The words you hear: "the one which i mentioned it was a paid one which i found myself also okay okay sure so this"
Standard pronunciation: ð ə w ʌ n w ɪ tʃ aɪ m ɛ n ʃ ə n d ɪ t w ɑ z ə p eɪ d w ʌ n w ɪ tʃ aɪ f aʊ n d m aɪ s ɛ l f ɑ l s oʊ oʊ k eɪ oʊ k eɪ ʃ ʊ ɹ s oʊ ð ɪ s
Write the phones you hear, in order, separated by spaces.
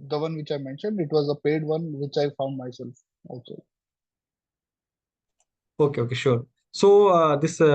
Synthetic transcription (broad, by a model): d ə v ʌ n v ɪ tʃ aɪ m ɛ n ʃ ə n d ɪ t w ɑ z ə p eɪ d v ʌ n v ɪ tʃ aɪ f aʊ n d m aɪ s ɛ l f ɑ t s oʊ oʊ k eɪ oʊ k eɪ ʃ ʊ ɹ s oʊ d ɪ s